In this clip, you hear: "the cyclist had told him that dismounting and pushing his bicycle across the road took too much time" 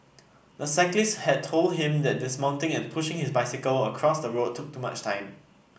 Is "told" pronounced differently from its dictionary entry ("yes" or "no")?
no